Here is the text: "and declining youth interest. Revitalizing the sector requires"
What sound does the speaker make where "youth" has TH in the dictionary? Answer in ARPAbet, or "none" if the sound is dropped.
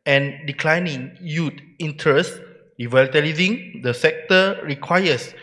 T